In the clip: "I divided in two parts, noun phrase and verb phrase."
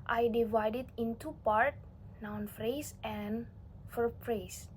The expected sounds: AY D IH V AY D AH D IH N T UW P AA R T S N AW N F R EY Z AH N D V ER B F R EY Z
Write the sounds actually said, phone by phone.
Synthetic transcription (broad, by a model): AY D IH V AY D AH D IH N T UW P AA R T N AW N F R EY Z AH N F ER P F R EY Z